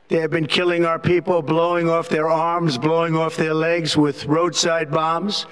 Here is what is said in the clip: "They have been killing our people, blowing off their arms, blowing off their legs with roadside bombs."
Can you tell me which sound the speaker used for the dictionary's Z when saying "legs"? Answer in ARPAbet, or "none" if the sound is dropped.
Z